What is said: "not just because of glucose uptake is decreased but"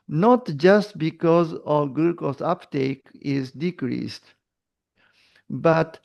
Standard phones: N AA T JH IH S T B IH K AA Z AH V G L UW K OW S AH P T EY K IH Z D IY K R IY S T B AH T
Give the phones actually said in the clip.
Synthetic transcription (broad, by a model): N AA T JH IH S T B IH K AA Z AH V G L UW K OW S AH P T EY K IH Z D IY K R IY S T B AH T